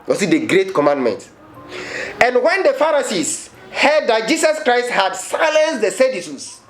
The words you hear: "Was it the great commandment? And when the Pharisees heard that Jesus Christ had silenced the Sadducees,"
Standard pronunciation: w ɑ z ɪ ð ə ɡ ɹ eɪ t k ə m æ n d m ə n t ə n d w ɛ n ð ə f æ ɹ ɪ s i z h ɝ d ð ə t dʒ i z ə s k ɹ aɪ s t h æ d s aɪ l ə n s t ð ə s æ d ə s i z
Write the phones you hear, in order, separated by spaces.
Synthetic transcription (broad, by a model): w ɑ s ɪ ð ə ɡ ɹ eɪ t k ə m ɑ n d m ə n t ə n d w ɛ n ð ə f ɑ ɹ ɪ s i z h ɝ d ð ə t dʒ i s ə s k ɹ aɪ s t h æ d s aɪ l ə n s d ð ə s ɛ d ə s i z